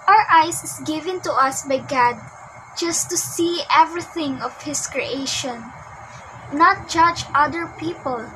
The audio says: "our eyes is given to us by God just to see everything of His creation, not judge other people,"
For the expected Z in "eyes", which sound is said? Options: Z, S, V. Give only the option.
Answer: S